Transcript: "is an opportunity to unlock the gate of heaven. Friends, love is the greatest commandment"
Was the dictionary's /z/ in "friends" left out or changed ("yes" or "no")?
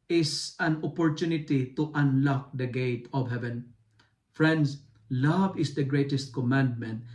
yes